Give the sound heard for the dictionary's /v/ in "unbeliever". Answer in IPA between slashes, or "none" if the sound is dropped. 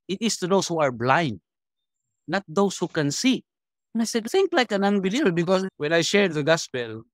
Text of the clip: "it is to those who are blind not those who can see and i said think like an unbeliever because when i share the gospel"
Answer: /b/